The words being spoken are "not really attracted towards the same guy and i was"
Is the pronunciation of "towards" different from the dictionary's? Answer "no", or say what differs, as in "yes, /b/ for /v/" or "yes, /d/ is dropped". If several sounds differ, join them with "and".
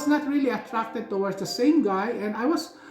yes, /w/ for /ɹ/